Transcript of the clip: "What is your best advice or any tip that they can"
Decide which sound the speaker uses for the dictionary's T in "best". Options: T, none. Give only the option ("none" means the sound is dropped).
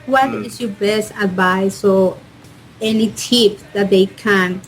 T